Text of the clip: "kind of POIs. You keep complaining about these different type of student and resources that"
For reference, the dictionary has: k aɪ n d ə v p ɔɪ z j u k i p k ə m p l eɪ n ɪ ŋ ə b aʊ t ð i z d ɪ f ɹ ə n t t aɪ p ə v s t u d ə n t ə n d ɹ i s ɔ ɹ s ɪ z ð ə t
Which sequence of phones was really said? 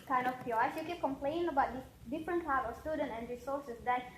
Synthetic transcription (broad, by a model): k aɪ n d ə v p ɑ s j u k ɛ k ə m p l eɪ ɪ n ə b aʊ t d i d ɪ f ɹ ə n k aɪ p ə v s t u d ə n t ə n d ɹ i s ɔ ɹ s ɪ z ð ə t